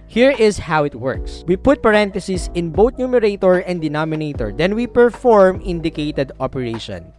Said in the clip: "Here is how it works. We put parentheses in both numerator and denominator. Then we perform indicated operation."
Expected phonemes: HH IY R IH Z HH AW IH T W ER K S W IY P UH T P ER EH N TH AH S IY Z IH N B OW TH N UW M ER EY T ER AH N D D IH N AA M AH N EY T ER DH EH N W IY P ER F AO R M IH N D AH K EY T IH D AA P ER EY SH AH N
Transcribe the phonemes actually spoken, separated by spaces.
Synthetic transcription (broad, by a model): HH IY R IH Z HH AW IH T W ER K S W IY P UH T P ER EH N T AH S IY S IH N B OW T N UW M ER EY T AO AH N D D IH N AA M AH N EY T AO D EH N W IY P ER F AO R M IH N D AH K EY T IH D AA P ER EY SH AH N